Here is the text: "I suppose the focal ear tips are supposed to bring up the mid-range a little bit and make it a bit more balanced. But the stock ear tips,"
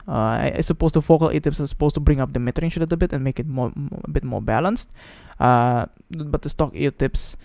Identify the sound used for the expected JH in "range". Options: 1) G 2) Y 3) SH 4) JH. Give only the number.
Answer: 3